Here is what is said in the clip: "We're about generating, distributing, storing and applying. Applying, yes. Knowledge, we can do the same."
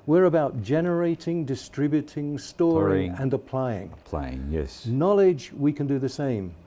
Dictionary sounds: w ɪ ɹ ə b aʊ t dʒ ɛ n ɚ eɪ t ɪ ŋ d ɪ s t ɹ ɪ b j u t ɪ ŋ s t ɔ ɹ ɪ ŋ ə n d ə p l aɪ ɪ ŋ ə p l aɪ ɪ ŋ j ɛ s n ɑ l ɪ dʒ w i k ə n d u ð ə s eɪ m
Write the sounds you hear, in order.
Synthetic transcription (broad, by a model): w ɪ ɹ ə b aʊ t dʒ ɛ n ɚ eɪ t ɪ ŋ d ɪ s t ɹ ɪ b j u t ɪ ŋ s t ɔ ɹ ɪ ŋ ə n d ə p l aɪ ɪ ŋ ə p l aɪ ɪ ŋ j ɛ s n ɑ l ɪ dʒ w i k ə n d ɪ ð ə s eɪ m